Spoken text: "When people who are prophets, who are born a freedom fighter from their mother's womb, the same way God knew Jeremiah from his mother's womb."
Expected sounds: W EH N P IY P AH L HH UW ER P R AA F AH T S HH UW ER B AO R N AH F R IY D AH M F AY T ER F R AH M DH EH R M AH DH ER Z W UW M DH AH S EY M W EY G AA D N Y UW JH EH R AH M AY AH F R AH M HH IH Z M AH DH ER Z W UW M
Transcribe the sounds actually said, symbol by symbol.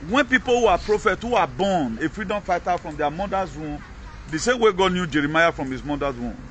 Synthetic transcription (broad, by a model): W EH N P IY P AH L HH UW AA P R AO F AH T HH UW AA B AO N AH F R IY D AH M F AY T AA F R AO M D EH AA M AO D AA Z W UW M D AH S EY M W EY G AA D N Y UW JH EH R AH M AY AH F R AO M HH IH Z M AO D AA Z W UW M